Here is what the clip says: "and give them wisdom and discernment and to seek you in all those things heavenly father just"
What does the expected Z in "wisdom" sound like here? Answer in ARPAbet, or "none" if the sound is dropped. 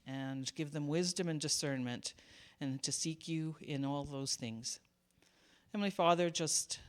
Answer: Z